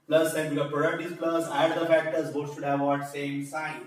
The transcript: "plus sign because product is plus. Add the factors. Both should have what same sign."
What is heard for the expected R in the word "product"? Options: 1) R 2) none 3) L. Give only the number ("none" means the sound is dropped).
1